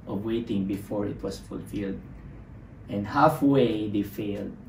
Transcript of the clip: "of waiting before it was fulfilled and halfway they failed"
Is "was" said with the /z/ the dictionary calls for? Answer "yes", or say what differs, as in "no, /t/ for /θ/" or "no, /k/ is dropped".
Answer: no, /s/ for /z/